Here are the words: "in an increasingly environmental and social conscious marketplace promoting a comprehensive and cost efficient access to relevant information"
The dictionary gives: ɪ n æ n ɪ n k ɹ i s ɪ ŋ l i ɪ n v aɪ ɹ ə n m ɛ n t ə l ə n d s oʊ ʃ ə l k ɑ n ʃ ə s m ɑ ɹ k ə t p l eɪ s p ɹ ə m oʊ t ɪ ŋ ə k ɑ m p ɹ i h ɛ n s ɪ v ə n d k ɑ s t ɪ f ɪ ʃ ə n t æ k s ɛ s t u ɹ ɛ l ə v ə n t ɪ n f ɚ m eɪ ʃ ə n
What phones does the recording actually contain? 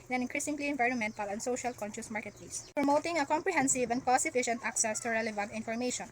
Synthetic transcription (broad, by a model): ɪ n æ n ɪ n k ɹ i s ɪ ŋ l i ɪ n v aɪ ɹ ə n m ɛ n t ə l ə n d s oʊ ʃ ə l k ɑ n ʃ ə s m ɑ ɹ k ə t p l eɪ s p ɹ ə m oʊ t ɪ ŋ ə k ɑ m p ɹ i h ɛ n s ɪ v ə n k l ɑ s ɪ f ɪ ʃ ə n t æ k s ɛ s t u ɹ ɛ l ə v ə n t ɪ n f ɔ m eɪ ʃ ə n